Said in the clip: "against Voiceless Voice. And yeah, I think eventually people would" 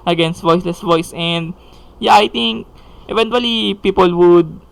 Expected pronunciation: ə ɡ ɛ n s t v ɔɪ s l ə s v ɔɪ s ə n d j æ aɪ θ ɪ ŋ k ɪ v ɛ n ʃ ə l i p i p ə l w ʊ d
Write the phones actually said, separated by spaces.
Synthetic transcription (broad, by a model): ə ɡ ɛ n s t v ɔɪ s l ə s v ɔɪ s ə n d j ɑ aɪ t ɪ ŋ k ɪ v ɛ n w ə l i p i p ə l w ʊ d